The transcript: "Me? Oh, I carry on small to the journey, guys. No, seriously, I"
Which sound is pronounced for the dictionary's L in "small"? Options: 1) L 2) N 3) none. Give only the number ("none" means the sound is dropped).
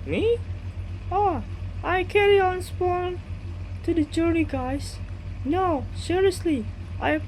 2